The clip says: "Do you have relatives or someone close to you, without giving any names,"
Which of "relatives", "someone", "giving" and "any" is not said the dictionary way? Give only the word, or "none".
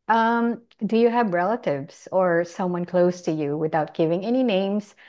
none